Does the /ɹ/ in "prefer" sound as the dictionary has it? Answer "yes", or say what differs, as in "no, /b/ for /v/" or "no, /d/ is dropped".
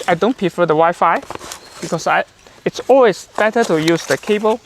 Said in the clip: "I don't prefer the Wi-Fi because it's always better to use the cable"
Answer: no, /ɹ/ is dropped